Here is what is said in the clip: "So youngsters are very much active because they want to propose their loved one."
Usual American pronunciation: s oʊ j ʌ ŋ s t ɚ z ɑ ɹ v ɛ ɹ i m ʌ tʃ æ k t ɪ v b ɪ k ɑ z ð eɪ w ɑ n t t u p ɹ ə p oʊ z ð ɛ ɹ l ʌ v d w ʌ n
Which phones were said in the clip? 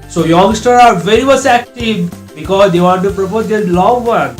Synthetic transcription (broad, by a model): s oʊ j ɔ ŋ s t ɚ ɑ ɹ v ɛ ɹ i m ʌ s æ k t ɪ v b ɪ k ɑ z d eɪ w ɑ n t t u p ɹ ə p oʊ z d ɛ l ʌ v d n